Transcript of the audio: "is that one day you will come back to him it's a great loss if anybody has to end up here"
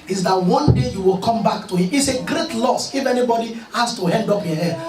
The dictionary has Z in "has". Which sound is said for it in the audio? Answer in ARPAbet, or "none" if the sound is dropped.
S